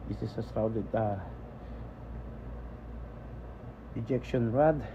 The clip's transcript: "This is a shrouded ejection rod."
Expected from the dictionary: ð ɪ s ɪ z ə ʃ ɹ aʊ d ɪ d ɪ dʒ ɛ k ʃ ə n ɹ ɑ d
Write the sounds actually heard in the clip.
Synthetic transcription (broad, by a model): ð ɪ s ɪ s ə s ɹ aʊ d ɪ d ɪ dʒ ɛ k ʃ ə n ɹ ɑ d